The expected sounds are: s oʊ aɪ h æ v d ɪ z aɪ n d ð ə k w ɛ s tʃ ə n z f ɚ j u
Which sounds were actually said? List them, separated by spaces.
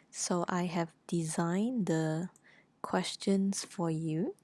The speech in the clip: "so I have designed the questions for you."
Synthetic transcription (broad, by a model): s oʊ aɪ h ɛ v d ɪ z aɪ n d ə k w ɛ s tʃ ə n s f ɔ j u